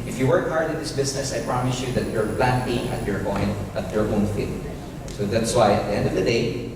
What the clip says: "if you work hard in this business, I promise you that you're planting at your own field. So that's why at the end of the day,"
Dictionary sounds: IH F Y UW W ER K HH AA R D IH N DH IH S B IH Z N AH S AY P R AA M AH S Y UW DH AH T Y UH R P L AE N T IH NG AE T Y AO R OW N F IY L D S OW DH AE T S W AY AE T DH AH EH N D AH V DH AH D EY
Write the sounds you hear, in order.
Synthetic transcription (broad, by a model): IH F Y UW W ER K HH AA R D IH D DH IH S B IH S N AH S AY P R AA M AH S Y UW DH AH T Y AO R P L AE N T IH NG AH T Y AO R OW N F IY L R S OW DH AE T S W AY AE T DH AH EH N D AH V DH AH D EY